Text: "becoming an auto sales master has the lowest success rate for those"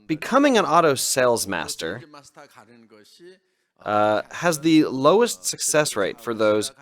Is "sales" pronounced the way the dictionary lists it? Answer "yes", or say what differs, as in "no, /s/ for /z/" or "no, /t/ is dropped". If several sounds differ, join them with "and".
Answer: yes